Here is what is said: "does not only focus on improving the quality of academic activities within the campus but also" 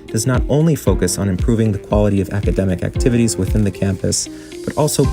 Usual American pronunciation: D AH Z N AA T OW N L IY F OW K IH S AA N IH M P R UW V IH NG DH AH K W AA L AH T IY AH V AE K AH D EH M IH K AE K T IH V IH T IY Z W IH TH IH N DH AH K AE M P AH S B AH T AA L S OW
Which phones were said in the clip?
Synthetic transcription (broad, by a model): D AH Z N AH T OW N L IY F OW K IH S N IH M P R UW V IH NG DH AH K W AA L AH T IY AH V AE K AH D EH M IH K AE K T IH V IH T IY Z W IH TH IH N DH AH K AE M P AH S B AH T AA L S OW